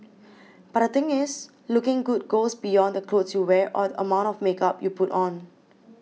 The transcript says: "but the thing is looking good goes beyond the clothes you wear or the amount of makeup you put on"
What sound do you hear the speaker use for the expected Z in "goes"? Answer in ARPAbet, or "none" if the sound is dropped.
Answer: S